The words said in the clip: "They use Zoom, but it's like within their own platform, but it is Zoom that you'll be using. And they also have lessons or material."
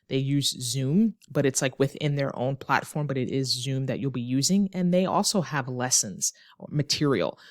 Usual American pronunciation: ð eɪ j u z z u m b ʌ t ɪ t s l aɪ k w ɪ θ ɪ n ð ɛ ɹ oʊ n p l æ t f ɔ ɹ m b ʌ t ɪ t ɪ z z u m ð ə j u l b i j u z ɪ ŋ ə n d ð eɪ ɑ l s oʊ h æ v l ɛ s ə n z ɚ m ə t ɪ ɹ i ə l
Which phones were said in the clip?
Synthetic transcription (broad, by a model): ð eɪ j u z z u m b ʌ t ɪ t s l aɪ k w ɪ θ ɪ n ð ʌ ɹ oʊ n p l æ t f ɔ ɹ m b ʌ t ɪ t ɪ z z u m ð ə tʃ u l b i j u z ɪ ŋ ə n ð eɪ ɑ l s oʊ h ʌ v l ɛ s ə n z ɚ m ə t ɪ ɹ i l